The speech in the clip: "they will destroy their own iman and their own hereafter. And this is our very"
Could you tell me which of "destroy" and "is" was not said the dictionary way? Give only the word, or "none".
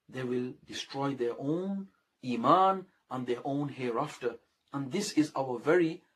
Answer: none